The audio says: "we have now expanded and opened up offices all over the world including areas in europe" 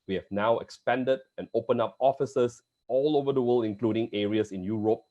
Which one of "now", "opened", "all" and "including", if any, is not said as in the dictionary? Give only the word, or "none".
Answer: opened